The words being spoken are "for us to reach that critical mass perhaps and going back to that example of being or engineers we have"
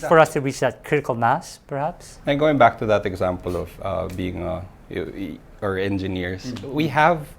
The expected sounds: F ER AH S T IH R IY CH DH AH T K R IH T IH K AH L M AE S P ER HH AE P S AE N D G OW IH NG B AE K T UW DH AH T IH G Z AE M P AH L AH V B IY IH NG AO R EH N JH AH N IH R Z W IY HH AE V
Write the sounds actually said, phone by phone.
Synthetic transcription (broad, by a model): F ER AH S T IH W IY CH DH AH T K R IH T IH K AH L M AE S P ER HH AE P S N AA G OW IH NG B AE K T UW DH AH T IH G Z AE M P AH L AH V B IY IH NG AO R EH N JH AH N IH R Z W IY HH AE V